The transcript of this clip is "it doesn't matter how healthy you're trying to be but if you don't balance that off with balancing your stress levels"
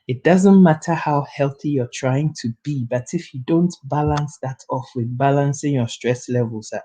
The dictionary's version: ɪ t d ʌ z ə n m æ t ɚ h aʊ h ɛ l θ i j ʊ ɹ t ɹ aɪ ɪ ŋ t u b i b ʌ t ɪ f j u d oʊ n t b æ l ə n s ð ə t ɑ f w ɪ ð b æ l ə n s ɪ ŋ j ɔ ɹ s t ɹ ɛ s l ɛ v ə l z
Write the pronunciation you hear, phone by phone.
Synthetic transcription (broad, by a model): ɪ t d ʌ z ə n m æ t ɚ h aʊ h ɛ l θ i j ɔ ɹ t ɹ aɪ ɪ ŋ t u b i b ʌ t ɪ f j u d oʊ n t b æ l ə n s ð ə t ɑ f w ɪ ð b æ l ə n s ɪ ŋ j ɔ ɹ s t ɹ ɛ s l ɛ v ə l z